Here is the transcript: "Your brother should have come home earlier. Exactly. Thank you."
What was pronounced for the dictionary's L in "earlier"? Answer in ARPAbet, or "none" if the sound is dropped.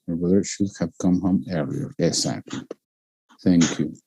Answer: none